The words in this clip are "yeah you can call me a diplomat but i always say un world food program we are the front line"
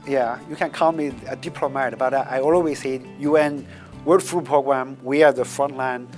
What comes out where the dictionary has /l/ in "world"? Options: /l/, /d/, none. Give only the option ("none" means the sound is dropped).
none